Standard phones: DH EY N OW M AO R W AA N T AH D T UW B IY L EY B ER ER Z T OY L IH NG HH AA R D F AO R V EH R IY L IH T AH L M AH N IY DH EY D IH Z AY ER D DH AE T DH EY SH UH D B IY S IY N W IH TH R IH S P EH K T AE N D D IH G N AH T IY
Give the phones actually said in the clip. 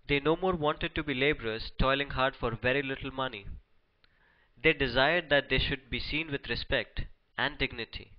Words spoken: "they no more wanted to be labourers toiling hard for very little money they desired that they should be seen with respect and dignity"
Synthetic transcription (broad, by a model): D EY N OW M AO R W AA N T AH D T UW B IY L EY B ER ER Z T OY L IH NG HH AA R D F AO R V EH R IY L IH T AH L M AH N IY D EY D IH Z AY ER D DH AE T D EY SH UH D B IY S IY N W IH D R IH S P EH K T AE N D D IH G N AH T IY